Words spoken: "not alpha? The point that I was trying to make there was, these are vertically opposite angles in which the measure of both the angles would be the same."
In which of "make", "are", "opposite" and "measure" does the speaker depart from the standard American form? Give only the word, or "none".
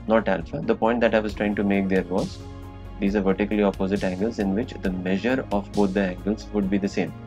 none